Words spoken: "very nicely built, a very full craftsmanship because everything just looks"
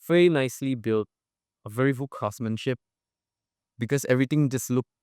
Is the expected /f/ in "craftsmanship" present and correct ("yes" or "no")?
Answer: no